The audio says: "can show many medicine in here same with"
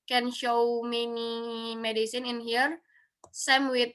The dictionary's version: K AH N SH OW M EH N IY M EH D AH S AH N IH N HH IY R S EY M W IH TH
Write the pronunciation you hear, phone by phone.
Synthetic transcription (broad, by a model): K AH N SH OW M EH N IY M EH D AH S AH N IH N HH IY R S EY M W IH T